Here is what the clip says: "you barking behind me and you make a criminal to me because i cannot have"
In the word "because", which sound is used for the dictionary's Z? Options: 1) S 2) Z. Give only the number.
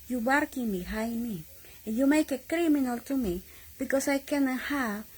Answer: 1